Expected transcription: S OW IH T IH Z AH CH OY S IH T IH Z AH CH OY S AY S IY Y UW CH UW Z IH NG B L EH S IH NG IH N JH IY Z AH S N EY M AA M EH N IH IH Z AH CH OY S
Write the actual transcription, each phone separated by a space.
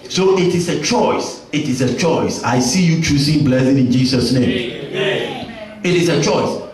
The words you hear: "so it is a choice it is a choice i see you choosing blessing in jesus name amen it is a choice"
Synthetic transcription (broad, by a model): S OW IH T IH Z AH CH OY S IH T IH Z AH CH OY S AY S IY Y UW CH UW S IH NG B L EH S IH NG IH N JH IY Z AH S N EY M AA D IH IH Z AH CH OY S